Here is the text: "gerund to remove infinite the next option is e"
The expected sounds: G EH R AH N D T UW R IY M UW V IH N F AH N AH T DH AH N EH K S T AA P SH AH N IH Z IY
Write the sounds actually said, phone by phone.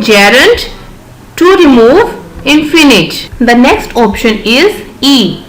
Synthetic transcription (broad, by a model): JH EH R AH N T T UW R IY M UW V IH N F AH N AH T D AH N EH K S T AA P SH AH N IH Z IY